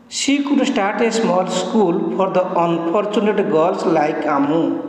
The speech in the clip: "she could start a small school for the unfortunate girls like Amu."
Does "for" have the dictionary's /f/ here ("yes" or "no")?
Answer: no